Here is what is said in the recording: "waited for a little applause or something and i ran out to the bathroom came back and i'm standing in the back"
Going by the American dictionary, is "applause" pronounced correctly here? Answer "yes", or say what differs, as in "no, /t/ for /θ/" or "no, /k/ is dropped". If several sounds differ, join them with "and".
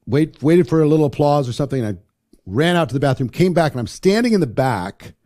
yes